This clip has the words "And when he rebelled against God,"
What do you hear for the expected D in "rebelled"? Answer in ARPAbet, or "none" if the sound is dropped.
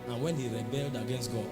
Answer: D